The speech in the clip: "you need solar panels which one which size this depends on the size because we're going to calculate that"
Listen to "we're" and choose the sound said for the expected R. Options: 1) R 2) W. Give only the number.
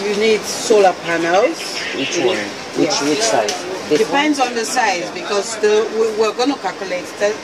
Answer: 2